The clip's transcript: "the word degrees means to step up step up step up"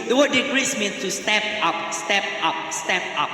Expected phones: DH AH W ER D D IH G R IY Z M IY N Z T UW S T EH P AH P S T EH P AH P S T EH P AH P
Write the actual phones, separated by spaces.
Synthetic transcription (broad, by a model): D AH W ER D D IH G R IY S M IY N S T UW S T EH P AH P S T EH P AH P S T EH P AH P